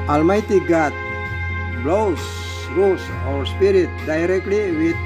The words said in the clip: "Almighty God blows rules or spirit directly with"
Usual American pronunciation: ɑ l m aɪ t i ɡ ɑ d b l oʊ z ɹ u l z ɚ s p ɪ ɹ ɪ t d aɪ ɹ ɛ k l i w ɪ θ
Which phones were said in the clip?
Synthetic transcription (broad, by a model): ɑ l m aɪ t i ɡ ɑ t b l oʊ s ɹ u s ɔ s p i ɹ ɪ t d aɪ ɹ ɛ k l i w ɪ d